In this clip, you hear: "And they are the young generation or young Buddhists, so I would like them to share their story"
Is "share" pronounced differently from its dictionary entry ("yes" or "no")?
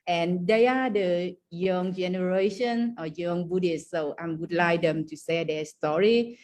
yes